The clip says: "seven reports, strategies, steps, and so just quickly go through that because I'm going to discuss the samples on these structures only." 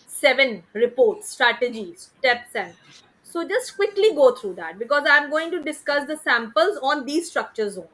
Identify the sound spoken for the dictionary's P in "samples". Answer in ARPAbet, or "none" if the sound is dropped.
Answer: P